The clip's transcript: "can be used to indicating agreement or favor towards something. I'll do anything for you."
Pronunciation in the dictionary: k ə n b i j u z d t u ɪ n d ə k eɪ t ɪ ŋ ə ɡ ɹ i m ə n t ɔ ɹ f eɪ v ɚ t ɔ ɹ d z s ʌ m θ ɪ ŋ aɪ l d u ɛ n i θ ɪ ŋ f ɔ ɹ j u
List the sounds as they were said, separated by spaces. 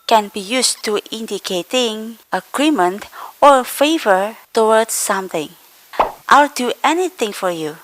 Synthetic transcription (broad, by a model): k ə n b i j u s t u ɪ n d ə k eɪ t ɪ ŋ ə ɡ ɹ i m ə n t ɔ ɹ f eɪ v ɚ t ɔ w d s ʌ m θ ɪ ŋ aɪ l d u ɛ n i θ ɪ ŋ f ɔ ɹ j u